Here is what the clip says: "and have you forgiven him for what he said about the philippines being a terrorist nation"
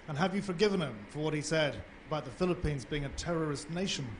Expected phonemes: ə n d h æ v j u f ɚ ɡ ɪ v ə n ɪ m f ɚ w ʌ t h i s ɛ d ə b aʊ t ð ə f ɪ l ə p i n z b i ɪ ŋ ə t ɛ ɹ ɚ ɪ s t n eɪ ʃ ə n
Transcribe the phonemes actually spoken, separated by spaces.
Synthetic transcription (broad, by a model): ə n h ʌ v j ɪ f ɚ ɡ ɪ v ə n ɪ m f ɚ w ʌ t h i s ɛ d ə b aʊ t ð ə f ɪ l ə p i n z b i ɪ ŋ ə t ɛ ɹ ɚ ɪ s t n eɪ ʃ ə n